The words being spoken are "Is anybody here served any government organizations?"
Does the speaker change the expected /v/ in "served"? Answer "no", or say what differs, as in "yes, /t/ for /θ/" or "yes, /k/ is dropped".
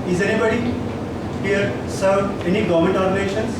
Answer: yes, /v/ is dropped